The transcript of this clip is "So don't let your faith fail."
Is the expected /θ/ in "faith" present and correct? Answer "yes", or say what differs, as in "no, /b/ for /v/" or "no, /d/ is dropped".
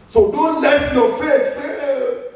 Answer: no, /s/ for /θ/